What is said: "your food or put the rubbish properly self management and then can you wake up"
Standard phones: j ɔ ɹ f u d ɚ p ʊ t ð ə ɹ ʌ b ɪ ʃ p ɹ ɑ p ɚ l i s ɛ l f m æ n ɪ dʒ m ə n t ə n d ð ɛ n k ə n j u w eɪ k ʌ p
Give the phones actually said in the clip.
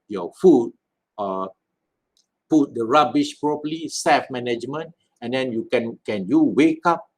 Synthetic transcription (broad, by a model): j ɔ f u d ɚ p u t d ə ɹ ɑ b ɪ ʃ p ɹ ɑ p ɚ l i s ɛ f m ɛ n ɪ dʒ m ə n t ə n d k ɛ n k ə n j u w eɪ k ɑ p